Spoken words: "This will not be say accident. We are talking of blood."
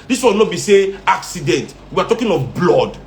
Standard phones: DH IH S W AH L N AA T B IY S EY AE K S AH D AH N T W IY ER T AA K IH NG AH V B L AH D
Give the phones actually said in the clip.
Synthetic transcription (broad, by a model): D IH S W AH N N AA B IY S EY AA K S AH D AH N T W IY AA T AA K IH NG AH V B L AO D